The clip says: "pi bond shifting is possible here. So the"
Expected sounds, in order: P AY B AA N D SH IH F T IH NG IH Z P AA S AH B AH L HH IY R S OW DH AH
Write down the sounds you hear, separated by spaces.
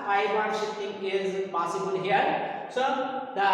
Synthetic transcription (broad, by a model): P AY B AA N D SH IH T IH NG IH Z P AA S AH B AH L HH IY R S OW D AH